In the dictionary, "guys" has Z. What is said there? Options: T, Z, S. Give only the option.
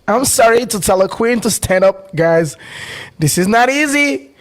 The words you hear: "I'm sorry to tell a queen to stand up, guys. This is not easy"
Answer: Z